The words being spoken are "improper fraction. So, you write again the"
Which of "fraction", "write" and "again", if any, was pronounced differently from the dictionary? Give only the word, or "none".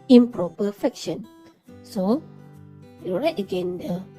fraction